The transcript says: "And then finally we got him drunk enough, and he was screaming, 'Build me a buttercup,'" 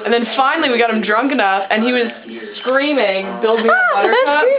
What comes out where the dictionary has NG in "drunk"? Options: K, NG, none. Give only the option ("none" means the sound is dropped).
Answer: NG